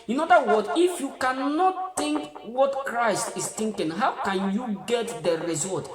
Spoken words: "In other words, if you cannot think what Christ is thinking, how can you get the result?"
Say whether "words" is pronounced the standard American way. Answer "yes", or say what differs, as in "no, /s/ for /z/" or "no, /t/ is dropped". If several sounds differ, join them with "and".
no, /z/ is dropped